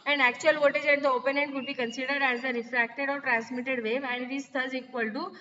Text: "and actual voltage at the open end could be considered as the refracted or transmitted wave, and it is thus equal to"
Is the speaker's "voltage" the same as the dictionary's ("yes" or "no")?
no